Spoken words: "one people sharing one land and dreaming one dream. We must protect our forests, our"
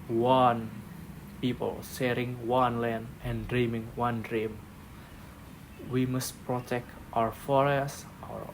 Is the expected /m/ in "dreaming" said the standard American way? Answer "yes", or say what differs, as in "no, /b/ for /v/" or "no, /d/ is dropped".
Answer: yes